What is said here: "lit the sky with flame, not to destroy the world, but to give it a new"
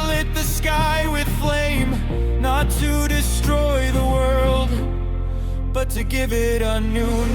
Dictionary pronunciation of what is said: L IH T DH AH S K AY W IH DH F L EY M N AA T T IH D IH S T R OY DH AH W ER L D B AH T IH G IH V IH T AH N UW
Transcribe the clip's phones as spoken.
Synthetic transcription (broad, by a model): L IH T DH AH S K AY W IH DH F L EY M N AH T T IH D IH S T R OY DH AH W ER L D B AH T IH G IH V IH T AH N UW